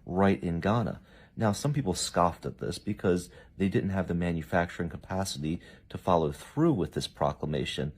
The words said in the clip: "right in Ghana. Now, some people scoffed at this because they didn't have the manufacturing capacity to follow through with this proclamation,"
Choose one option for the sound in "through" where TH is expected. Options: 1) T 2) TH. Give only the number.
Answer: 2